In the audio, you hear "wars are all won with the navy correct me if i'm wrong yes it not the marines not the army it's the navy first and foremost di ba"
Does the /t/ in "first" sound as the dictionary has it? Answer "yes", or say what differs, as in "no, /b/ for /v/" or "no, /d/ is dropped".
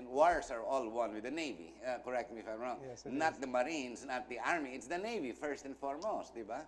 yes